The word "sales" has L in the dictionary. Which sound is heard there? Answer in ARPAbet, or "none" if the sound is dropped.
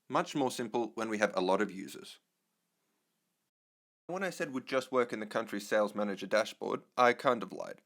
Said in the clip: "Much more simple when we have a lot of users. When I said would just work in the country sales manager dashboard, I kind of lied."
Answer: L